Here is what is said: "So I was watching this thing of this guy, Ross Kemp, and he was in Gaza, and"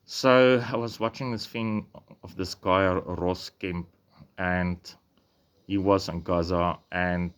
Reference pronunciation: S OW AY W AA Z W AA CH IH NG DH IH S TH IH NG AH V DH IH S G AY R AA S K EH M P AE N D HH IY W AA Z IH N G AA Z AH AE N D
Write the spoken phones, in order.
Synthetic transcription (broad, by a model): S OW AY W AA Z W AA CH IH NG DH IH S F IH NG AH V DH IH S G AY R AA S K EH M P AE N D HH IY W AA Z IH N G AA Z AH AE N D